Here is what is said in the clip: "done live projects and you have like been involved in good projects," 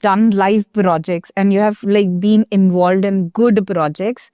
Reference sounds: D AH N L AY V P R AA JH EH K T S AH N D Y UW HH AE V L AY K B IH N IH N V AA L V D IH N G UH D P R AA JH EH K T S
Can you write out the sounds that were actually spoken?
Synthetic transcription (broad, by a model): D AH N L AY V P R AA JH EH K T S AH N D Y UW HH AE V L AY K B IH N IH N V AA L V D IH N G UH D P R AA JH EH K T S